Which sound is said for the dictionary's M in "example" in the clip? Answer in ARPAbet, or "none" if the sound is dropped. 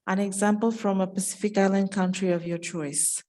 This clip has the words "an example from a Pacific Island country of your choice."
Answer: M